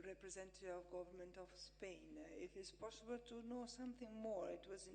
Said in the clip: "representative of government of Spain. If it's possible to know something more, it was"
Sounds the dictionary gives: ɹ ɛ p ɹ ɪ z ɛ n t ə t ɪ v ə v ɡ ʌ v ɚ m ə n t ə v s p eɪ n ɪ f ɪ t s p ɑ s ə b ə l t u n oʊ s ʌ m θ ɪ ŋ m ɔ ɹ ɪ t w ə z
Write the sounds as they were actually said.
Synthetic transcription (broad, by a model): ɹ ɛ p ɹ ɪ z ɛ n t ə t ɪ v ə v ɡ ʌ v ɚ m ə n t ə v s p eɪ n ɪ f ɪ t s p ɑ s ə b ə l t u n oʊ s ʌ m θ ɪ ŋ m ɔ ɹ ɪ t w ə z